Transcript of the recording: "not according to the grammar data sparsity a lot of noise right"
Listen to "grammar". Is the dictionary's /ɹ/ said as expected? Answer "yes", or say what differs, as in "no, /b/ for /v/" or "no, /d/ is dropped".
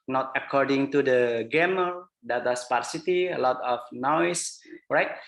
no, /ɹ/ is dropped